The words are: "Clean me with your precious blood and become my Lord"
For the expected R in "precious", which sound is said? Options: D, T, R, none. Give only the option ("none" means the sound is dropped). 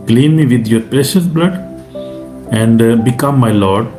R